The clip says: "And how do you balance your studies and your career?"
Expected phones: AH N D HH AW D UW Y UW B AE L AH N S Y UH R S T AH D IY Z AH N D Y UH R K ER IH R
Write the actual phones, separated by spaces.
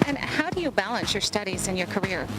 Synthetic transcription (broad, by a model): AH N HH AW D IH Y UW B AE L AH N S Y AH R S T AH D IY Z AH N Y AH R K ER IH R